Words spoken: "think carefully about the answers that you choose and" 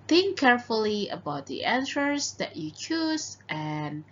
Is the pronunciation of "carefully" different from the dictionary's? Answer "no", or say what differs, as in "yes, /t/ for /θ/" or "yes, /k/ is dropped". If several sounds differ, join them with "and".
no